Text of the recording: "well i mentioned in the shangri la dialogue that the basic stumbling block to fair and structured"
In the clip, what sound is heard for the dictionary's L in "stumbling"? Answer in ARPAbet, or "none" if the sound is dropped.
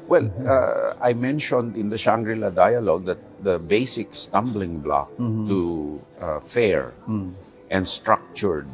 L